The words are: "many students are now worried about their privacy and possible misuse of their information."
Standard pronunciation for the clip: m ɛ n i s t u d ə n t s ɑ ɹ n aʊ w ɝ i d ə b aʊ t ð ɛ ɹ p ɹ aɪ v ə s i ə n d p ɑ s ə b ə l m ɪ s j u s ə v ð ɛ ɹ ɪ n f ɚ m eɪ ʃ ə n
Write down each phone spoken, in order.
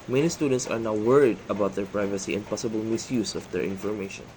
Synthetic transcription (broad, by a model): m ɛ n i s t u d ə n t s ɑ ɹ n aʊ w ɝ i d ə b aʊ t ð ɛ ɹ p ɹ aɪ v ə s i ə n d p ɑ s ə b ə l m ɪ s j u s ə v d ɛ ɹ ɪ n f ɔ m eɪ ʃ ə n